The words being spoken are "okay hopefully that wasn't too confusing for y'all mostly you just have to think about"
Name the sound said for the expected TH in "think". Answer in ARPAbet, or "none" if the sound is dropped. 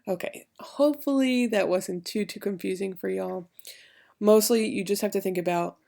TH